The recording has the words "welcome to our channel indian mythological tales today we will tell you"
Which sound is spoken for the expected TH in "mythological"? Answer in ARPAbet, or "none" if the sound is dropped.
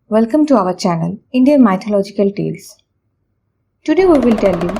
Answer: T